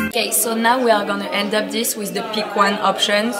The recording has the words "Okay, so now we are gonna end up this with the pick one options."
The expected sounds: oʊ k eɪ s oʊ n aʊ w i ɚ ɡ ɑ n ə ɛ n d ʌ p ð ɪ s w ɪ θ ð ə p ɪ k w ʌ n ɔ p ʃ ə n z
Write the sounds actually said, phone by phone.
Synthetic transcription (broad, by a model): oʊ k eɪ s oʊ n aʊ w i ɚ ɡ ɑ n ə ɛ n d ʌ p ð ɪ s w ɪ ð ə p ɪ k w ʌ n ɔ p ʃ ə n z